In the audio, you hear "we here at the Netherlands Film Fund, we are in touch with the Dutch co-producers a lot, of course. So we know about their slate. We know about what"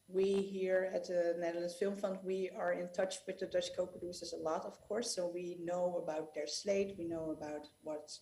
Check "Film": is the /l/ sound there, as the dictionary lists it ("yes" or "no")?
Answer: yes